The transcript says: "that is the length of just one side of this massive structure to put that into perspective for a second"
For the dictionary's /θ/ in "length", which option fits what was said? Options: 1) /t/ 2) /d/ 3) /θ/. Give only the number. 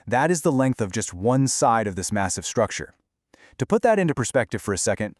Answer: 3